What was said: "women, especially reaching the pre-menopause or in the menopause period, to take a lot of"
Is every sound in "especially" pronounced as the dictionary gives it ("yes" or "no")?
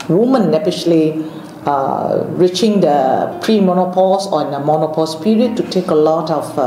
no